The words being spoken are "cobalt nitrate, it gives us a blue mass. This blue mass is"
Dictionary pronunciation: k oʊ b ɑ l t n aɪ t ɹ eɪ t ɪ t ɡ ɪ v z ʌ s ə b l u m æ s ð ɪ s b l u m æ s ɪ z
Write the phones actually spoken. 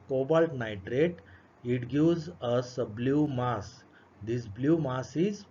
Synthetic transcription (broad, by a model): k oʊ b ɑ l t n aɪ t ɹ eɪ t ɪ t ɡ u z ʌ s ə b l u m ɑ s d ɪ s b l u m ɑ s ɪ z